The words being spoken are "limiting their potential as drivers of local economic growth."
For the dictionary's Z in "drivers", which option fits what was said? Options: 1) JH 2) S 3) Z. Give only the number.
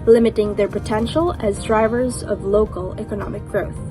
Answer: 3